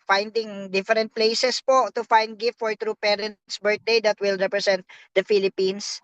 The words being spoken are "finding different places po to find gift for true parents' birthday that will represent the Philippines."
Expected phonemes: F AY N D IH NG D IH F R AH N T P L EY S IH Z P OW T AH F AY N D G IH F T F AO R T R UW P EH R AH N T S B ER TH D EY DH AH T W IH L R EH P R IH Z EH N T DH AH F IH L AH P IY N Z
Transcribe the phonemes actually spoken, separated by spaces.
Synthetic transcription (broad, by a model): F AY N D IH NG D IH F R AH N T P L EY S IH S P OW T AH F AY N D G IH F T F AO R T R UW P EH R AH N T S B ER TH D EY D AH T W IH L R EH P R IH S EH N T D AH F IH L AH P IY N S